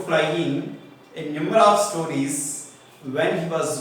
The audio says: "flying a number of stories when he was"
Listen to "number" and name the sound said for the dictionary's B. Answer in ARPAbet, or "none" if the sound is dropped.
none